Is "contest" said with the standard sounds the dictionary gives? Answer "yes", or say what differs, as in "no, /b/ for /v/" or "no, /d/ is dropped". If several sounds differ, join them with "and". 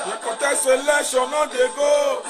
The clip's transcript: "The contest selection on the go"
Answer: no, /n/ is dropped